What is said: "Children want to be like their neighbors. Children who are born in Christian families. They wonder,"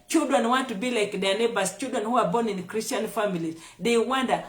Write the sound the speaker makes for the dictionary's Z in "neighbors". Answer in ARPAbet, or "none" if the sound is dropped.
S